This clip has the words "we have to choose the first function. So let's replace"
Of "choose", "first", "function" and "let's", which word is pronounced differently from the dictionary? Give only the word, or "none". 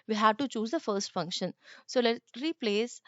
let's